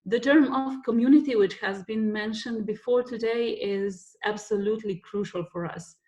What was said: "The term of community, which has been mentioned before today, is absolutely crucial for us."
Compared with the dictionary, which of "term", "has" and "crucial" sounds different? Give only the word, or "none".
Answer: none